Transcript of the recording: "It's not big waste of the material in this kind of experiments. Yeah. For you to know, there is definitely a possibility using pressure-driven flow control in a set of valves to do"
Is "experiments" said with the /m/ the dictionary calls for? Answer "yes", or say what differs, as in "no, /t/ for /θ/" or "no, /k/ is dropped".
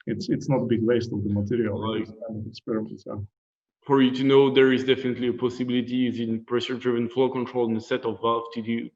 no, /m/ is dropped